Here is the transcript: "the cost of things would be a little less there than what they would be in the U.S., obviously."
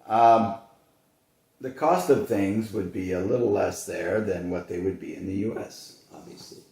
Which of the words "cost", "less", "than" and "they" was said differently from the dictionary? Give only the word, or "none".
none